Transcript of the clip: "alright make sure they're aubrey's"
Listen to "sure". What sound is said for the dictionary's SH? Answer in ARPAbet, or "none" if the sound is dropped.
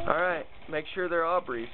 SH